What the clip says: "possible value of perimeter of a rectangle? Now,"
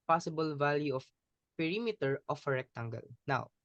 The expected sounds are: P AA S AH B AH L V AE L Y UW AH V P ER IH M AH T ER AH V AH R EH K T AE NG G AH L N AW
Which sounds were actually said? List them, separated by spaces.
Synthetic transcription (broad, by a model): P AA S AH B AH L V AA L Y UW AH F P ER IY M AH T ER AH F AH R EH K T AE NG G AH L N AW